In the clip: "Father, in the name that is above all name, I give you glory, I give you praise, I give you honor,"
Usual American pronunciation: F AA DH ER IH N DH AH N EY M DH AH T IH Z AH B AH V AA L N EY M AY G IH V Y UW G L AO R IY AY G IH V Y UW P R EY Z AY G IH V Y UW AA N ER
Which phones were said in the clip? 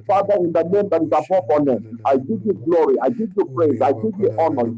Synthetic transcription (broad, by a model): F AA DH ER IH N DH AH N EY M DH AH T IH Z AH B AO F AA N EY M AY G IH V Y UW G L AO R IY AY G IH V Y UW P R EY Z AY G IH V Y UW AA N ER